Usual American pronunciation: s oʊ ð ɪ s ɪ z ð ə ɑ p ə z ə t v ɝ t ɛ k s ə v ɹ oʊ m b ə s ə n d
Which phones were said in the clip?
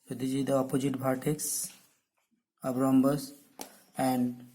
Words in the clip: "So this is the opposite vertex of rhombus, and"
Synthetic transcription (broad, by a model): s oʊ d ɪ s ɪ z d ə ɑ p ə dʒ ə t b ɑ t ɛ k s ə b ɹ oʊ m b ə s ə n d